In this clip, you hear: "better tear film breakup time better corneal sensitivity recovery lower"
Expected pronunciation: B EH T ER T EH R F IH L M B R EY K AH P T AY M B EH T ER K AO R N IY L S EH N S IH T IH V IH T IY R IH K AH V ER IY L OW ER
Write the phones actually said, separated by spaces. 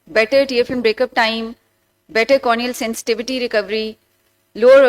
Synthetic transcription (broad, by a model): B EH T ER T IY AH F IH M B R EY K AH P T AY M B EH T ER K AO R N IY L S EH N S IH T IH V IH T IY R IH K AH V ER IY L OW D